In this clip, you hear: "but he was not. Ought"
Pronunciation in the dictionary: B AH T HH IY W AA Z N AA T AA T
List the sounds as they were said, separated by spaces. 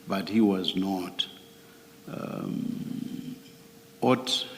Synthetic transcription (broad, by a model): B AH T HH IY W AA Z N AA T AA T